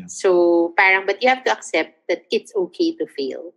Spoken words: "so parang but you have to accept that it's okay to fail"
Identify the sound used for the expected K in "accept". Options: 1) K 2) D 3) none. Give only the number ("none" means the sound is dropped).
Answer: 1